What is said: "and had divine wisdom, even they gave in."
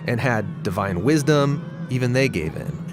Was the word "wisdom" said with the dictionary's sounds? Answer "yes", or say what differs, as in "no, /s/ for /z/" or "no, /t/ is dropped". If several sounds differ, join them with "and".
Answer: yes